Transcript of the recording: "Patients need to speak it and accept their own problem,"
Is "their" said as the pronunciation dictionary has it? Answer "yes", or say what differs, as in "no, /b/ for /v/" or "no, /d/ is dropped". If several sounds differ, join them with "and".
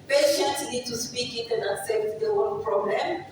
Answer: no, /w/ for /ɹ/